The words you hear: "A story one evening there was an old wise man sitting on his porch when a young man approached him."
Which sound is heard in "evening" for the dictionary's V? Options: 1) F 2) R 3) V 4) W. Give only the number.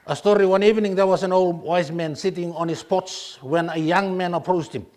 3